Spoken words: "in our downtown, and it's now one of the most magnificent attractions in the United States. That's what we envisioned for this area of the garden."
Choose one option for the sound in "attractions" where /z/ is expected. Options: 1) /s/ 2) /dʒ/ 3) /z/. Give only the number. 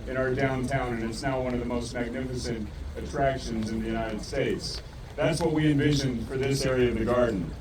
3